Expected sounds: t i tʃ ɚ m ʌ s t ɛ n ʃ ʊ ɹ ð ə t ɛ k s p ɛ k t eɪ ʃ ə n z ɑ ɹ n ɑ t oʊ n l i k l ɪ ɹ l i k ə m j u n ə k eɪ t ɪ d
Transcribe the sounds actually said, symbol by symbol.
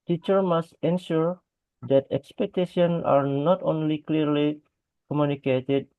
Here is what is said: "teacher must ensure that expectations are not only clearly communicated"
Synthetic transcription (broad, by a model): t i tʃ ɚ m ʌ s t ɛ n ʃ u ɹ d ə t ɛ k s p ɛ k t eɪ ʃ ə n ɑ ɹ n ɑ t oʊ n l i k l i ɹ l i k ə m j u n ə k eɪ t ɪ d